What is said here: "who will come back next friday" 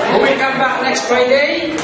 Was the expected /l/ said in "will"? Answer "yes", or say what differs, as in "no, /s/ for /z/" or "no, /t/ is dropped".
no, /n/ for /l/